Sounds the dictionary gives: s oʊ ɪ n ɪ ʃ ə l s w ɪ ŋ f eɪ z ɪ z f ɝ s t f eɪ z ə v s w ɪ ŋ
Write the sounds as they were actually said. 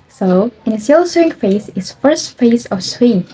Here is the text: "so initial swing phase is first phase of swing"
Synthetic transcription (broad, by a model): s oʊ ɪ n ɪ s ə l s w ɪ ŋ f eɪ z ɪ s f ɝ s t f eɪ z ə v s w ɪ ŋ